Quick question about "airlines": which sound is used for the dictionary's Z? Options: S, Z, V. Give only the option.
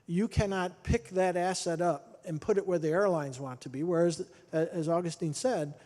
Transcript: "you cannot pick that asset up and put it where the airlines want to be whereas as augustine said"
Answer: Z